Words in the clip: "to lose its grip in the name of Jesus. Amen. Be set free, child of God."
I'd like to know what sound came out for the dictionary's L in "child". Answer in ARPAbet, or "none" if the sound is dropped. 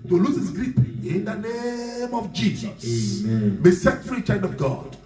N